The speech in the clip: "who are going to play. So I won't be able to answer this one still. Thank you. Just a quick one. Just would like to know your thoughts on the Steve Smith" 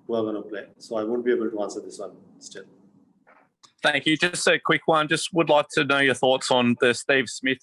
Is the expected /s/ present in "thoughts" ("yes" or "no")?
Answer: yes